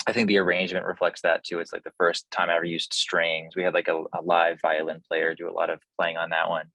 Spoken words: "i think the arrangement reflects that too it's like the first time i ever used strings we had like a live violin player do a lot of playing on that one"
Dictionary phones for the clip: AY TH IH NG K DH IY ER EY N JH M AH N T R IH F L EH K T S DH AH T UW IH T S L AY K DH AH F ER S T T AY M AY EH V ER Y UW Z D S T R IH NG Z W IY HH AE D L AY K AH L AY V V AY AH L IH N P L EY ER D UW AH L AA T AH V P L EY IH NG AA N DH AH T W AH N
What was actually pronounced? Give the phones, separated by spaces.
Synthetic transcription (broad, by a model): AY TH IH NG K DH IY ER EY N JH M AH N T R IH F L EH K T S DH AH T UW IH T S L AY K DH AH F ER S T T AY M AY EH V ER Y UW Z D S T R IH NG Z W IY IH D L AY K AH L AY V V AY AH L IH N P L EY ER D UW AH L AA T AH V P L EY IH NG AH N DH AH T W AH N